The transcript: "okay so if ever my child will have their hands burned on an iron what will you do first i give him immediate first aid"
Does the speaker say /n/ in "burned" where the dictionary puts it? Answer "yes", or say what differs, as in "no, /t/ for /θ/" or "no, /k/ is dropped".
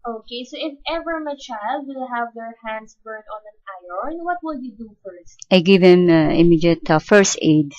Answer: no, /n/ is dropped